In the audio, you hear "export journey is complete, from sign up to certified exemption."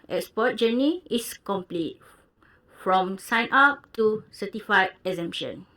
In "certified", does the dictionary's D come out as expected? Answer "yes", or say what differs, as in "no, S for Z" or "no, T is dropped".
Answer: no, D is dropped